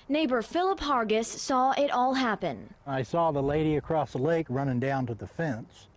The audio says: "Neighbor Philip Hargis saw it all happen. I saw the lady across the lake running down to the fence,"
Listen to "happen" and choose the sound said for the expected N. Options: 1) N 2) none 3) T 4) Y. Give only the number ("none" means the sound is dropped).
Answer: 1